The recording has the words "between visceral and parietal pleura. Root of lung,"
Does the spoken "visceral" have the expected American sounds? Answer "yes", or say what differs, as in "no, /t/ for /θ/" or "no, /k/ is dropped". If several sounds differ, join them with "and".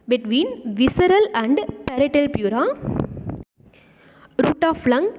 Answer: yes